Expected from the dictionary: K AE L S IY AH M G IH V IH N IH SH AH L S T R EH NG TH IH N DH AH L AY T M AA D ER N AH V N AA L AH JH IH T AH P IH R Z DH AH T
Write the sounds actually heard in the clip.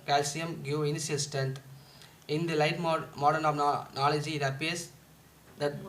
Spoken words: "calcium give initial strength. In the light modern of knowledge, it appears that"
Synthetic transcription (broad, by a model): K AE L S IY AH M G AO IH N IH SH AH L S T R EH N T IH N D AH L AY T M AA D ER N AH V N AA L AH JH IH T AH P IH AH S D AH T